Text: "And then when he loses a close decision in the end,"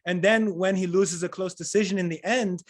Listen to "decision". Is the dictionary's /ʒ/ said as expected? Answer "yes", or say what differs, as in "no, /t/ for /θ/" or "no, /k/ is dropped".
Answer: yes